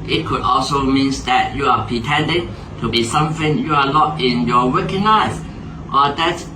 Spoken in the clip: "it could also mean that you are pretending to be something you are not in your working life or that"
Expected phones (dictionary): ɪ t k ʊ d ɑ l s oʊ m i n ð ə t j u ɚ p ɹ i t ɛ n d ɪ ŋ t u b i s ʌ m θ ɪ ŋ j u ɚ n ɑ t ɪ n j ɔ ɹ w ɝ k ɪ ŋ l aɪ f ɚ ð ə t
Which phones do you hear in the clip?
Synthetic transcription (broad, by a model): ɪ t k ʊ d ɑ l s oʊ m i n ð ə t j u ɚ p ɹ i t ɛ n d ɪ ŋ t u b i s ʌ m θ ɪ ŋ j u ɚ l ɑ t ɪ n j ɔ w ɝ k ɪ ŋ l aɪ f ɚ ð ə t